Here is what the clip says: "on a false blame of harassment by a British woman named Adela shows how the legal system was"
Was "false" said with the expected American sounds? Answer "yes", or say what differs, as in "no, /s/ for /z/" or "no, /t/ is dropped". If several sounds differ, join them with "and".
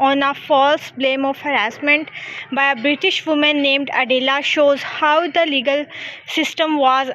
yes